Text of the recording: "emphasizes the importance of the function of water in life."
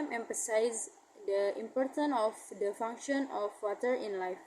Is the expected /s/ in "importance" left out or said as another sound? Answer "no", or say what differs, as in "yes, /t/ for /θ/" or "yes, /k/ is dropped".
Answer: yes, /s/ is dropped